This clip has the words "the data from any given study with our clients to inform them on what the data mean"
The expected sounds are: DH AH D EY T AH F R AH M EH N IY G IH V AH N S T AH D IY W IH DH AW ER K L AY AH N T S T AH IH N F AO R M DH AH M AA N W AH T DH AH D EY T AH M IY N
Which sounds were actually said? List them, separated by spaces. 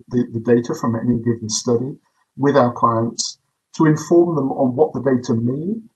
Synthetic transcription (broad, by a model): DH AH D EY T AH F R AH M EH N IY G IH V AH N S T AH D IY W IH DH AW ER K L AY AH N T S T AH IH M F AO R M DH AH M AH N W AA T DH AH D EY T AH M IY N